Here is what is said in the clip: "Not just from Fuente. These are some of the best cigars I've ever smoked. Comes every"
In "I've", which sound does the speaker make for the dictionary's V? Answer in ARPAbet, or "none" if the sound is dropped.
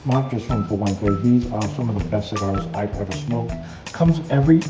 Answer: P